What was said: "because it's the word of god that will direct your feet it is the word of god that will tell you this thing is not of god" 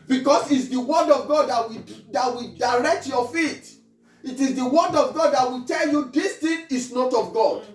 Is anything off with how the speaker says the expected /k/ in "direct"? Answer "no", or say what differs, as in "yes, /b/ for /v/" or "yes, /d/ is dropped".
no